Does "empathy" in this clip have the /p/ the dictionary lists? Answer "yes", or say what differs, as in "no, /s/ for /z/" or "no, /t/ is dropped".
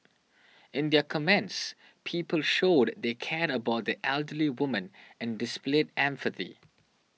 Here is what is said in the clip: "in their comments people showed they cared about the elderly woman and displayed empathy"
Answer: no, /f/ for /p/